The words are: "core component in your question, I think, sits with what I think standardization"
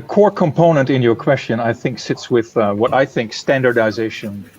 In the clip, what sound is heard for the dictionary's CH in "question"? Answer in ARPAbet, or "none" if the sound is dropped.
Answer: CH